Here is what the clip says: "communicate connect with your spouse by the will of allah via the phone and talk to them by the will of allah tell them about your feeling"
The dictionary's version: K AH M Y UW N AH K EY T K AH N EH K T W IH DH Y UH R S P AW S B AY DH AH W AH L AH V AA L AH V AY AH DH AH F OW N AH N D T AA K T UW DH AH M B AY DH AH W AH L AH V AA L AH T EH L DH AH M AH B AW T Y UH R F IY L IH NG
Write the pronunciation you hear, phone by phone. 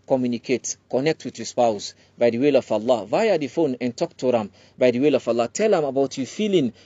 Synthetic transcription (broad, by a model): K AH M Y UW N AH K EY T K AH N EH K T W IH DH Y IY S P AW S B AY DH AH W AH L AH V AA L AH V AY AH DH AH F OW N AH N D T AA K T UW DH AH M B AY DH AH W AH L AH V AA L AH T EH L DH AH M AH B AW T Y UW F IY L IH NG